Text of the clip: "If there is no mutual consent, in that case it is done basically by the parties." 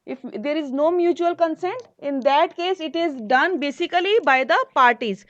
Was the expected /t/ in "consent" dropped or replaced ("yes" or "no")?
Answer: no